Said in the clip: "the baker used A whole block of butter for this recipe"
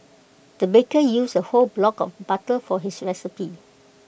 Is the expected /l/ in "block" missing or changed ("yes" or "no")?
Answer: no